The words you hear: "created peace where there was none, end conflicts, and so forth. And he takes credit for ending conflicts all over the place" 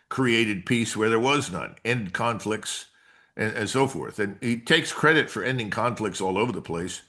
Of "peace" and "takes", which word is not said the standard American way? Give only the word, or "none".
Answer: none